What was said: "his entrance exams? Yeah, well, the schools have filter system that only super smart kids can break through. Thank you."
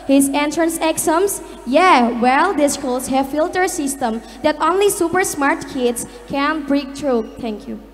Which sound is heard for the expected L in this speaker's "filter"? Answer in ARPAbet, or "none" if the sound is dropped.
L